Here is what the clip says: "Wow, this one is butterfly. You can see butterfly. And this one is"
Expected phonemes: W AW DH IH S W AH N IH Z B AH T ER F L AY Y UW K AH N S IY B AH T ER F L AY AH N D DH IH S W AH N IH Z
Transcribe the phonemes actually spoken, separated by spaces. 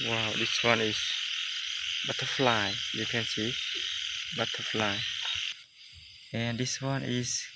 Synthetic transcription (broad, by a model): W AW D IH S W AH N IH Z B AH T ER F L AY Y UW K AH N S IY B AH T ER F L AY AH N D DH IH S W AH N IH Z